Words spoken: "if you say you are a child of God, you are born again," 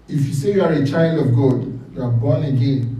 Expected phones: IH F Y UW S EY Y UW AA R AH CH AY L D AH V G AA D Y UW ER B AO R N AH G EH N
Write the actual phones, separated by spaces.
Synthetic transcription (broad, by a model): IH F Y UW S EY Y UW AA R AH CH AY L D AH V G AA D Y UW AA B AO N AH G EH N